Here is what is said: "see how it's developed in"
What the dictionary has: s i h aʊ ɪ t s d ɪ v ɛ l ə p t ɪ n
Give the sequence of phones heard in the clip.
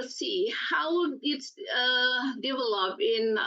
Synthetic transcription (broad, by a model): s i h aʊ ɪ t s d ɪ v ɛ l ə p ɪ n